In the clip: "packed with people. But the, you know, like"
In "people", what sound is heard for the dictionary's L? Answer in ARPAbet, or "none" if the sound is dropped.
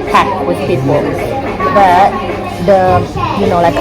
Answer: N